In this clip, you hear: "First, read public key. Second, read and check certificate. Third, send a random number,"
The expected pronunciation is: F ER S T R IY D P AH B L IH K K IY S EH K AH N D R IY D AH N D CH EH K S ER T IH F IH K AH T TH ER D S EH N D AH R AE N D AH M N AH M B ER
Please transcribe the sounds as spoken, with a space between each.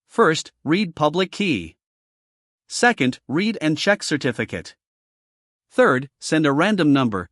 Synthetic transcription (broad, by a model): F ER S T R IY D P AH B L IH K K IY S EH K AH N D R IY D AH N CH EH K S ER T IH F IH K AH T TH ER D S EH N D AH R AE N D AH M N AH M B ER